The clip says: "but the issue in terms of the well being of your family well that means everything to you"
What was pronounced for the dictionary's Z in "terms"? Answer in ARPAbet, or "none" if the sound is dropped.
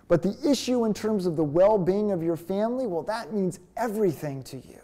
Z